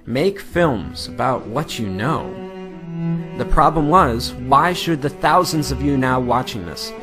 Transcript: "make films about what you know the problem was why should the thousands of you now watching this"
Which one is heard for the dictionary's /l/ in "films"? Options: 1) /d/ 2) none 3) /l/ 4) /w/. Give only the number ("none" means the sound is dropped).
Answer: 3